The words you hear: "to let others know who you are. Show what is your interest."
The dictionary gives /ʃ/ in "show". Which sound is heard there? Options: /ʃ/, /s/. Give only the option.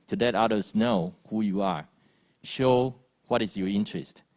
/ʃ/